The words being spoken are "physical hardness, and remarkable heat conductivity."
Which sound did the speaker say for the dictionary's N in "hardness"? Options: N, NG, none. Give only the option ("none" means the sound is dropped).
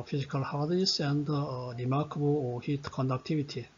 none